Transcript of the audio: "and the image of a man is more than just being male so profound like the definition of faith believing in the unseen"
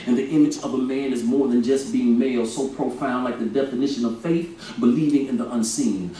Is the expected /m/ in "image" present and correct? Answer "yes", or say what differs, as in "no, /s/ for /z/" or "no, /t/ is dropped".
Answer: yes